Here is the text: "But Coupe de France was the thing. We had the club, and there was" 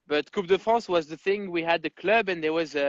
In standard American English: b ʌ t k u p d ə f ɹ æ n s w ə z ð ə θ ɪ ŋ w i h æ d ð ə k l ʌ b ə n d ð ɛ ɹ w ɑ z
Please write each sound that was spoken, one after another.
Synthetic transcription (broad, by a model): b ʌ t k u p d ə f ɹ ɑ s w ə z ð ə θ ɪ ŋ w i h æ d ð ə k l ʌ b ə n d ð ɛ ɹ w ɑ z